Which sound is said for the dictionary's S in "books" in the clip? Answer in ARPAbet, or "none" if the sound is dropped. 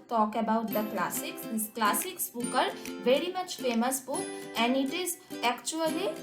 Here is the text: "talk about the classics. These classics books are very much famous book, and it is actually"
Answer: none